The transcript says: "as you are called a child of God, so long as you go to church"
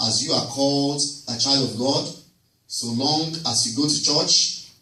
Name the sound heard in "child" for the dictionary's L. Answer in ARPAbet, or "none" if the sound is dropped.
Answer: L